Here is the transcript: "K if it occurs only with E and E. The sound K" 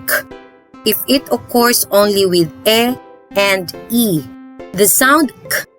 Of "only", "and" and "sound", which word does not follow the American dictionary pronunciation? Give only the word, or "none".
none